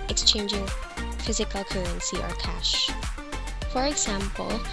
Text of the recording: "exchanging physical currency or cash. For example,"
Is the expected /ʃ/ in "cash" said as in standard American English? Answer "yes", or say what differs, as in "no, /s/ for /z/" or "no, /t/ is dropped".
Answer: yes